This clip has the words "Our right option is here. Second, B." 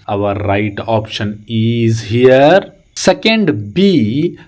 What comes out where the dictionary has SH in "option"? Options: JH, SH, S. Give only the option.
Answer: SH